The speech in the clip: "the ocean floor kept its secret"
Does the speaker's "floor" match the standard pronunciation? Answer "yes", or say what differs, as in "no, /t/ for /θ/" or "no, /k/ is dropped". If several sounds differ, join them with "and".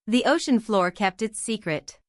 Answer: yes